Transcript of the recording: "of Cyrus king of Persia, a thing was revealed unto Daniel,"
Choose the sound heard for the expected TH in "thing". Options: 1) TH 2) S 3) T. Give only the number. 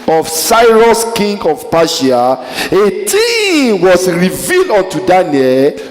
3